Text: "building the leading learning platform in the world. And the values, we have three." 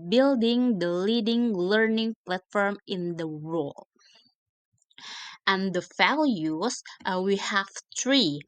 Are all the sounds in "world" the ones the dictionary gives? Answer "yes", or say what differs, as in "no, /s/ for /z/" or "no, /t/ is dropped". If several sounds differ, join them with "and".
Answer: no, /d/ is dropped